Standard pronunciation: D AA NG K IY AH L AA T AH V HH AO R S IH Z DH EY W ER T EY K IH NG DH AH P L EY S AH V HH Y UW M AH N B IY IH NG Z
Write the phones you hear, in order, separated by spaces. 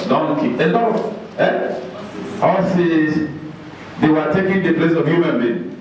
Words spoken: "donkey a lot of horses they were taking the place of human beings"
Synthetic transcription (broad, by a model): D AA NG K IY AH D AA AH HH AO L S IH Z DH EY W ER T EY K IH NG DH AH P L EY S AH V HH Y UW M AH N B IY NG